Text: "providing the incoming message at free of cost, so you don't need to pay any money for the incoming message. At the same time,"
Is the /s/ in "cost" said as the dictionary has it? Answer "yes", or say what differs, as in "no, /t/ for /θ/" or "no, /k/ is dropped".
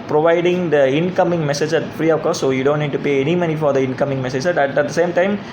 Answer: no, /s/ is dropped